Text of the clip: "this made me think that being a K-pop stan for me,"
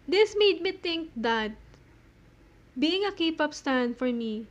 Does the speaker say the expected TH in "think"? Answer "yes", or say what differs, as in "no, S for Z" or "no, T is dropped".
no, T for TH